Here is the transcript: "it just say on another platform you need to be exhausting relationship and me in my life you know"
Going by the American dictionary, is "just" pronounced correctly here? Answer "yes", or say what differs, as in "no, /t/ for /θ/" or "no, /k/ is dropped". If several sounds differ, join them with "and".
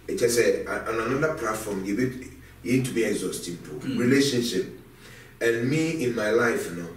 no, /tʃ/ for /dʒ/